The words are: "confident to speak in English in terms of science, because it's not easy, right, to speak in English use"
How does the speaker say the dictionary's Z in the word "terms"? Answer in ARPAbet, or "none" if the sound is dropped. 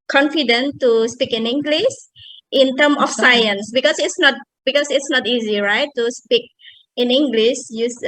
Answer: none